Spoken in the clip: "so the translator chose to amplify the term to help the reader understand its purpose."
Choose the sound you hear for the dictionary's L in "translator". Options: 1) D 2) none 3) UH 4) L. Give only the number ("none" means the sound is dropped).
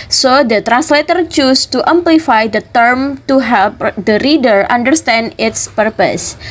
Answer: 4